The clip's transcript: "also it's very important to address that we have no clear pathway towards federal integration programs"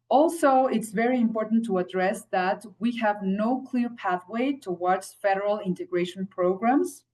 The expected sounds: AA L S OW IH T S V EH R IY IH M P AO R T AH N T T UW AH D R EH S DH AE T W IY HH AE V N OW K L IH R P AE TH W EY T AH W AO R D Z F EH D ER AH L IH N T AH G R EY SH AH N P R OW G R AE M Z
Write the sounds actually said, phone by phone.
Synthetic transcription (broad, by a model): AA L S OW IH T S V EH R IY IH M P AO R T N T T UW AH D R EH S DH AE T W IY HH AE V N OW K L IH R P AE TH W EY T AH W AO R D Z F EH D ER AH L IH N T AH G R EY SH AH N P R OW G R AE M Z